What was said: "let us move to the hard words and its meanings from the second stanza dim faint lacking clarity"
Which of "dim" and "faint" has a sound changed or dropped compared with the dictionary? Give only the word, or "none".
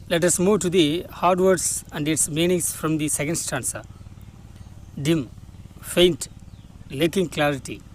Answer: none